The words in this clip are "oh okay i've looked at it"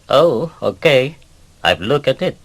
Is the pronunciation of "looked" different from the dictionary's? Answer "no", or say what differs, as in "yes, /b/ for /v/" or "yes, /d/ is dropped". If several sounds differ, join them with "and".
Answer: yes, /t/ is dropped